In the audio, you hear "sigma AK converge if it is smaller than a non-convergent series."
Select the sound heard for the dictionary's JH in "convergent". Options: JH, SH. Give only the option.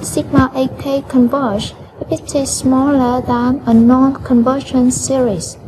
SH